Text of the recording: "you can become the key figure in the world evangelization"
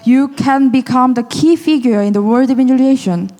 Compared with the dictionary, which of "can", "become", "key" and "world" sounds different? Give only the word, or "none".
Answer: world